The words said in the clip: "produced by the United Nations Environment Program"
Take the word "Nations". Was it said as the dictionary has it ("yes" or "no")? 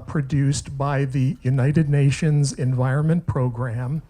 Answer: yes